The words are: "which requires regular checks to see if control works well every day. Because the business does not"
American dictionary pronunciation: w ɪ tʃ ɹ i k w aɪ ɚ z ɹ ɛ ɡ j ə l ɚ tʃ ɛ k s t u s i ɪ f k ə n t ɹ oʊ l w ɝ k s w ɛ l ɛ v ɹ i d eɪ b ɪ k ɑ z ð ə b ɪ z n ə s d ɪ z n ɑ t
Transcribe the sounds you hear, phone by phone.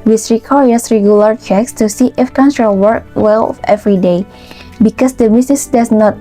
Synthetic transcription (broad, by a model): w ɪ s ɹ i k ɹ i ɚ s ɹ ɛ ɡ j ə l ɚ tʃ ɛ k s t u s i ɪ f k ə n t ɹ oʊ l w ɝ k w ɛ l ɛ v ɹ i d eɪ b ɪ k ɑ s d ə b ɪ s n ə s d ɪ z n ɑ t